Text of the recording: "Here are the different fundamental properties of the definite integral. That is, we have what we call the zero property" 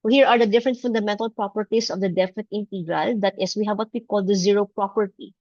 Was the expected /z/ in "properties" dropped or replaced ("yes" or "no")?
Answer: yes